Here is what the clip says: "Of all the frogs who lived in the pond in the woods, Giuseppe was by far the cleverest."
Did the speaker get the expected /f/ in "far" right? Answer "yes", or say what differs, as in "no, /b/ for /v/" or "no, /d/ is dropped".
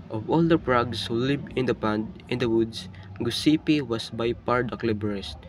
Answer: no, /p/ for /f/